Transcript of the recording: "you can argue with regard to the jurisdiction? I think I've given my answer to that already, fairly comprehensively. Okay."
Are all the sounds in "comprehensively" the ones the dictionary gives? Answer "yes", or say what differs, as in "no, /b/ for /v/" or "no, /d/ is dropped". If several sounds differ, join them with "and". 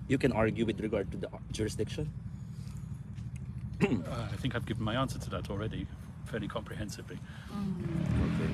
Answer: yes